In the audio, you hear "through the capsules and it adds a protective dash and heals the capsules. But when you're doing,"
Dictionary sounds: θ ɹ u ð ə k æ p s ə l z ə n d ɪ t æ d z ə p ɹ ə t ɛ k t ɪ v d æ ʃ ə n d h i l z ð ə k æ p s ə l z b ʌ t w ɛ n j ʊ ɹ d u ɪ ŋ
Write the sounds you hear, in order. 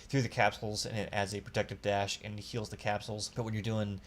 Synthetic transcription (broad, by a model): θ ɹ u ð ə k æ p s l z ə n ɪ t æ d z ə p ɹ ə t ɛ k t ɪ v d æ ʃ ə n h i l z ð ə k æ p s l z b ʌ t w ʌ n j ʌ ɹ d u ɪ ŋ